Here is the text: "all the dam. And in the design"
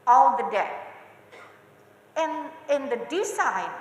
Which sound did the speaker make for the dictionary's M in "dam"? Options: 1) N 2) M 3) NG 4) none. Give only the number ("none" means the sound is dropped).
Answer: 4